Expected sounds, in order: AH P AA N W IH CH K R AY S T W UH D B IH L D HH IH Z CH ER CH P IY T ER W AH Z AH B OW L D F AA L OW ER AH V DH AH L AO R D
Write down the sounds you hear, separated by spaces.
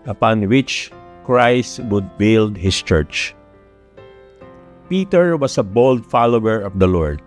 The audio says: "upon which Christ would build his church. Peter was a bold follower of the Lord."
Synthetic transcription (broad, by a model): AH P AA N W IH CH K R AY S T W UH D B IH L D HH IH S CH ER CH P IY T ER W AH S AH B OW L D F AA L OW ER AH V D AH L AO R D